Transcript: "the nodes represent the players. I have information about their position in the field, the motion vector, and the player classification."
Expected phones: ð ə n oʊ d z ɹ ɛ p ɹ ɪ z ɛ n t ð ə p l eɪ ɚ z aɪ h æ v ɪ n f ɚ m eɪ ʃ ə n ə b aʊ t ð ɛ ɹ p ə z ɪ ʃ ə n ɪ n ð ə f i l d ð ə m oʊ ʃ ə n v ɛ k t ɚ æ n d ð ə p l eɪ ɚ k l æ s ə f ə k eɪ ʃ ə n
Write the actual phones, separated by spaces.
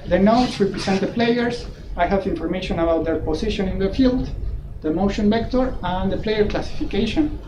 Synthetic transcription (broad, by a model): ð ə n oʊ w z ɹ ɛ p ɹ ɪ s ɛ n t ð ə p l eɪ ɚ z aɪ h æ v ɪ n f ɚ m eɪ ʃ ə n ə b aʊ t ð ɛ ɹ p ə s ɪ ʃ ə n ɪ n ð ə f i l d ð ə m oʊ ʃ ə n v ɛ k t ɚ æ n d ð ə p l eɪ ɚ k l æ s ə f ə k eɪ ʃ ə n